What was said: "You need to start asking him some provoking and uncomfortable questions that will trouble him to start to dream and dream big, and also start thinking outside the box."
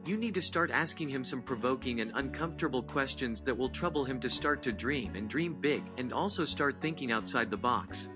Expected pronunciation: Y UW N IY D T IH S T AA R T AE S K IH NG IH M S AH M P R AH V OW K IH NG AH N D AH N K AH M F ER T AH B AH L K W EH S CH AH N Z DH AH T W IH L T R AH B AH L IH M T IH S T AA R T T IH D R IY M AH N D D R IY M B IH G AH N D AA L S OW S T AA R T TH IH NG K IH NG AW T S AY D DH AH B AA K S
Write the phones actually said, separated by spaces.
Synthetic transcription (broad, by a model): Y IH N IY D T IH S T AA R T AE S K IH NG IH M S AH M P R AH V OW K IH NG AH N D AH N K AH M F T AH B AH L K W EH S CH AH N Z DH AH T W IH L T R AH B L IH M T IH S T AA R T T IH D R IY M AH N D D R IY M B IH G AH N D AA L S OW S T AA R T TH IH NG K IH NG AW T S AY D DH AH B AA K S